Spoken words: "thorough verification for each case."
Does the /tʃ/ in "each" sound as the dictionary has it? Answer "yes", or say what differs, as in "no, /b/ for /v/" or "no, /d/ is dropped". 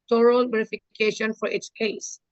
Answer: no, /s/ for /tʃ/